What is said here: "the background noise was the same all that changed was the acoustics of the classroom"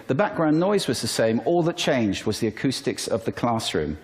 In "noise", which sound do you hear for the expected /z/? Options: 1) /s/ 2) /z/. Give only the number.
2